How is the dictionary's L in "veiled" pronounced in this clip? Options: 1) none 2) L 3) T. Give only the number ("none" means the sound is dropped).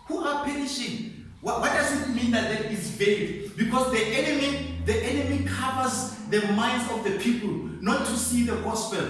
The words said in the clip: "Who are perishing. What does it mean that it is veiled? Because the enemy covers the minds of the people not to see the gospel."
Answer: 1